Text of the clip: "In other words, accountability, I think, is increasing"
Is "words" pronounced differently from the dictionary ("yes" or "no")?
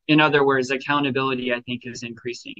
no